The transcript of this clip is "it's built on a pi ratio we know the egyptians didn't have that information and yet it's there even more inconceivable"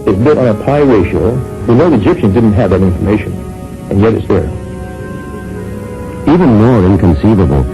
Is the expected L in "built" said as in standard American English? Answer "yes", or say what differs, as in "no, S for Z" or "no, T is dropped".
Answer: no, L is dropped